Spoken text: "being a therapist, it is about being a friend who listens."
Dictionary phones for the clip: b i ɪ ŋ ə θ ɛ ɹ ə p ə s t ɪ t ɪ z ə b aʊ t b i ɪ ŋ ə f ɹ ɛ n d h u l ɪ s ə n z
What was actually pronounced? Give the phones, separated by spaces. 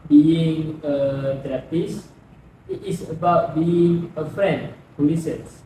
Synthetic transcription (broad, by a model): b i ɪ ŋ ə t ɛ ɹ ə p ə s ɪ t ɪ s ə b aʊ t b i ɪ ŋ ə f ɹ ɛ n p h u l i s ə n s